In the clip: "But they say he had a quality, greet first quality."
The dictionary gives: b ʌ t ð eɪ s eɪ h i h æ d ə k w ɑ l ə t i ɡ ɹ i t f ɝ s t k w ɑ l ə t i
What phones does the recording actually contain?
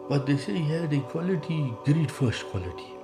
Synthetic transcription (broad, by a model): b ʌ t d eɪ s eɪ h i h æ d ə k w ɑ l ə t i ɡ ɹ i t f ɝ s t k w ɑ l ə t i